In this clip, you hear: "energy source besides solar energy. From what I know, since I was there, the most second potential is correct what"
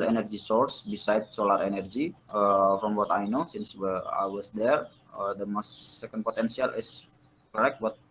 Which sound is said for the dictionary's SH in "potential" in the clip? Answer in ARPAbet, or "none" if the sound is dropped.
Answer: S